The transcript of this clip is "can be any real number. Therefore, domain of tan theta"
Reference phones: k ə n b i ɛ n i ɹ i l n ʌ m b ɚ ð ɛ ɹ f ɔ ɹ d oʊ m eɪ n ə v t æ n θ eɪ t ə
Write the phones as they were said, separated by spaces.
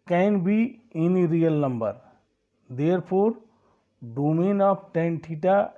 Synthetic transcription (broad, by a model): k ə n b i ɛ n i ɹ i l n ʌ m b ɚ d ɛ ɹ p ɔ ɹ d oʊ m eɪ n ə p t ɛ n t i t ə